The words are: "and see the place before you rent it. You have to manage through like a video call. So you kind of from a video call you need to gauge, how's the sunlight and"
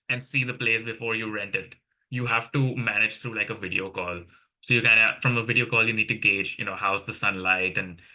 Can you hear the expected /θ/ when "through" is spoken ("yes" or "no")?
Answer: no